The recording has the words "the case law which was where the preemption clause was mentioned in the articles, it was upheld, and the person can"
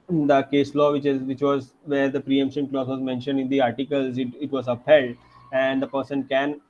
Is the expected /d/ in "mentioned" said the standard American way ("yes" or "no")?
yes